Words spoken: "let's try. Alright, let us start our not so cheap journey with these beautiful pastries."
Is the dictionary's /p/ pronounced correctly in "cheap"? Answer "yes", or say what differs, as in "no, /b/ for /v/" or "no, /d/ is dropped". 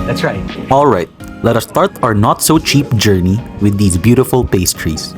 yes